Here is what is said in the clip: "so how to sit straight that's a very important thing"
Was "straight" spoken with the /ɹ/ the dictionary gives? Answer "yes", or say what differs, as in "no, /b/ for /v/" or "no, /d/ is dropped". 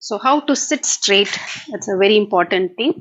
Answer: yes